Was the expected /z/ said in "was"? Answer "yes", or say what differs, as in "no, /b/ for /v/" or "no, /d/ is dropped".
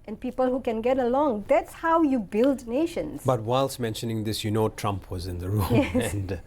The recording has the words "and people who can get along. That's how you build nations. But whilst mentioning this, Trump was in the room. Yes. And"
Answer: yes